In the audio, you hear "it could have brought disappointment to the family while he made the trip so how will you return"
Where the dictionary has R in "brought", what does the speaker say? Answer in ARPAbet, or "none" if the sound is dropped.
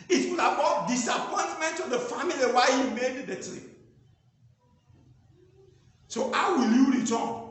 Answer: none